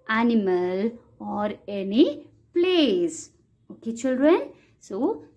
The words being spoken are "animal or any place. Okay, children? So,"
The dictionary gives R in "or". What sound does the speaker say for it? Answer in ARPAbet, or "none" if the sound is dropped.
R